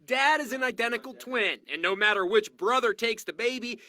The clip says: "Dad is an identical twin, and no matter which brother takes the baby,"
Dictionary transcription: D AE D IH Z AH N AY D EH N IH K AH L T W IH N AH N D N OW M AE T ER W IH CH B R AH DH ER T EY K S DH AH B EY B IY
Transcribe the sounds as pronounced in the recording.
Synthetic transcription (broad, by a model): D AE D IH Z AH N AY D EH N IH K L T W IH N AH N N OW M AE T ER W IH CH B R AH DH ER T EY K S DH AH B EY B IY